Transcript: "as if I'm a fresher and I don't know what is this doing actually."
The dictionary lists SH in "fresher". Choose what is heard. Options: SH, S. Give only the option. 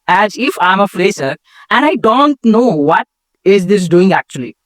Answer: S